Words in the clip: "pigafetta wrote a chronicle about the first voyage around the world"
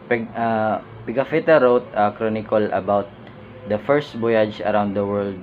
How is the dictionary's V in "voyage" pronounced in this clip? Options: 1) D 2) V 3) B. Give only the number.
3